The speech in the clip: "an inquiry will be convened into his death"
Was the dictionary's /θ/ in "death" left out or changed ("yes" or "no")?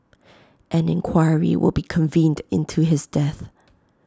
no